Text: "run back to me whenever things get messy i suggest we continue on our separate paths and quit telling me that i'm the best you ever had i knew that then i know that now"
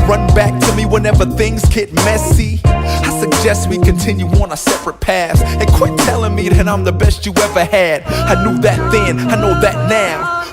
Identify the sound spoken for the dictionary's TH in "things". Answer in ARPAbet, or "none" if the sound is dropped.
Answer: TH